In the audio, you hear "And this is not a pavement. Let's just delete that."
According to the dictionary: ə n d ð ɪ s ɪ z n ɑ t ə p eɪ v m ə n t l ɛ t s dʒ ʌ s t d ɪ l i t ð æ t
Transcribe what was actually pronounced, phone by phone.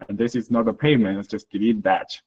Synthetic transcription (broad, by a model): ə n ð ɪ s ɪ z n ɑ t ə p eɪ m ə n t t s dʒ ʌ s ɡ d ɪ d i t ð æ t